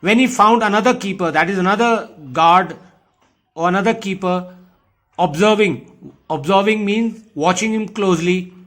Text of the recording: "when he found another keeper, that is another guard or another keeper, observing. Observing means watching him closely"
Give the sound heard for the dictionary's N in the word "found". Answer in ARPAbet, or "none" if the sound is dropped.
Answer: N